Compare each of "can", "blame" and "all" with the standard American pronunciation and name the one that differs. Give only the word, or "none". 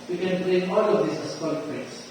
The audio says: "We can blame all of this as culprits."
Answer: blame